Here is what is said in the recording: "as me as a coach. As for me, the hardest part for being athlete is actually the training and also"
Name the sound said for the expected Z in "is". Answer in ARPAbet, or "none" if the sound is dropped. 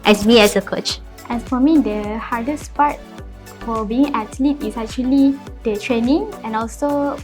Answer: S